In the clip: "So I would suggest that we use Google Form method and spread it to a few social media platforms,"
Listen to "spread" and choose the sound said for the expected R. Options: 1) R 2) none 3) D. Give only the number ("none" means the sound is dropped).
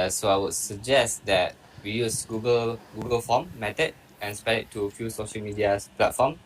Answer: 2